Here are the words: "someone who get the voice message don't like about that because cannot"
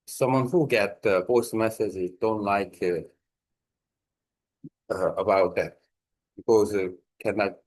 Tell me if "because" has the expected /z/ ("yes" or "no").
no